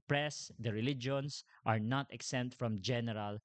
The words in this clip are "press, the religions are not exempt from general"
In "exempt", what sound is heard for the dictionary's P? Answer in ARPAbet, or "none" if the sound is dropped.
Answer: none